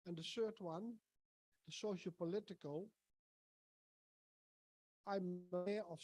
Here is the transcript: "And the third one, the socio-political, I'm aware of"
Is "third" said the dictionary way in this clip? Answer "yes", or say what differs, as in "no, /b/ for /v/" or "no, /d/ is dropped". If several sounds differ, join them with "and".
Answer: no, /s/ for /θ/